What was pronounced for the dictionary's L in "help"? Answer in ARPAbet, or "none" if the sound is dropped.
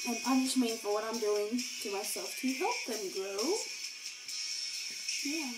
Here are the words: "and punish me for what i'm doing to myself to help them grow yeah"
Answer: none